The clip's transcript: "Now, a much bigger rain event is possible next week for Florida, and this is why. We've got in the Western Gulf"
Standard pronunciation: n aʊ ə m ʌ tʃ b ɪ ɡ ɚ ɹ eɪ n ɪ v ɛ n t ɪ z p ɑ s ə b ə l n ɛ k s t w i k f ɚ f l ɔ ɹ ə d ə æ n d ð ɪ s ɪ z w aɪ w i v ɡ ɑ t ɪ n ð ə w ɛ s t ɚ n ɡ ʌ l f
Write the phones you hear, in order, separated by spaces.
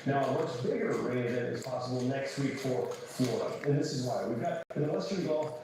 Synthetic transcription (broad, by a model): n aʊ ə m ʌ tʃ b ɪ ɡ ɚ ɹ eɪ ɪ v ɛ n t ɪ z p ɑ s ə b l n ɛ k s t w i k f ɚ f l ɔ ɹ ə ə n ð ɪ s ɪ z w aɪ w i v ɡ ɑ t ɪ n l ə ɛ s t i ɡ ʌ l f